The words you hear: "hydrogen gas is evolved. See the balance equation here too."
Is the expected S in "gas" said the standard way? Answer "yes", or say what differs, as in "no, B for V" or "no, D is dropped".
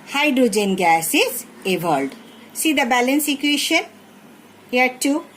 yes